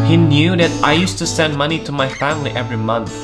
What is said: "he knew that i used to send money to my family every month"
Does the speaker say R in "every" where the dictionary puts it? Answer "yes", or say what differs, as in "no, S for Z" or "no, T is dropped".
yes